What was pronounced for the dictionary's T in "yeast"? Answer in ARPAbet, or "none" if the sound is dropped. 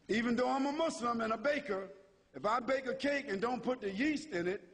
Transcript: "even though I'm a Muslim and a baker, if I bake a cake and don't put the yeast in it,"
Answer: T